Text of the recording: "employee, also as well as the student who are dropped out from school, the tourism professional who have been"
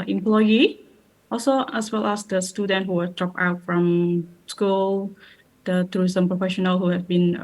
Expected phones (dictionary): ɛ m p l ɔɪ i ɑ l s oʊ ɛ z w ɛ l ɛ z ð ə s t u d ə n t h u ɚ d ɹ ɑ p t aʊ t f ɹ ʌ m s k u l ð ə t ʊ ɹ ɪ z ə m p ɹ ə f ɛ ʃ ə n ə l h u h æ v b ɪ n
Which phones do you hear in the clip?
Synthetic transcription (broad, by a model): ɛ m p l ɔɪ i ɑ l s oʊ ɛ s w ɛ l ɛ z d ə s t u d ə n t h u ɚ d ɹ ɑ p aʊ t f ɹ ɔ m s k u l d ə t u ɹ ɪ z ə m p ɹ ə f ɛ ʃ ə n ə l h u h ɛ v b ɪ n